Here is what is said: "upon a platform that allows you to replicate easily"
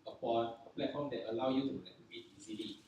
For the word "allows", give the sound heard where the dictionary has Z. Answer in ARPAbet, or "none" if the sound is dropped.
none